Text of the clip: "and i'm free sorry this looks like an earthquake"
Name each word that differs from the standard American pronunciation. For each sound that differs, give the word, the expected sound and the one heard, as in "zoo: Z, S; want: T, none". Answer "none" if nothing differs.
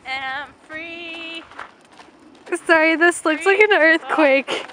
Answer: none